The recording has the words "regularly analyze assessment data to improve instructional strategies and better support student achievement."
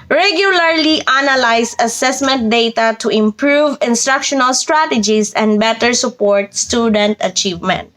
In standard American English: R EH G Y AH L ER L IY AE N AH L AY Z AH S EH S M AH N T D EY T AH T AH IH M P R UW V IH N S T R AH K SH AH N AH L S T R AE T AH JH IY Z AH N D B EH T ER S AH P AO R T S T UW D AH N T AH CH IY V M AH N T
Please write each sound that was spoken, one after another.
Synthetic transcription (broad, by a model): R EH G Y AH L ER L IY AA N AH L AY S AH S EH S M AH N T D EY T AH T AH IH M P R UW V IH N S T R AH K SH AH N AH L S T R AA T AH JH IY S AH N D B EH T ER S AH P AO R T S T UW D AH N T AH CH IY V M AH N T